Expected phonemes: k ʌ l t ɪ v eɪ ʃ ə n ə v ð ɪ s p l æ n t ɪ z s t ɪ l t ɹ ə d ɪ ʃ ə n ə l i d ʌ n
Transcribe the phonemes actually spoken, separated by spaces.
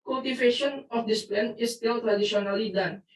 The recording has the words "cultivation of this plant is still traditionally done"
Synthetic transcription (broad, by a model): k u l t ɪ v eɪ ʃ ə n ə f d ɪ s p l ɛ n ɪ s t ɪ l t ɹ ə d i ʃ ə n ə l i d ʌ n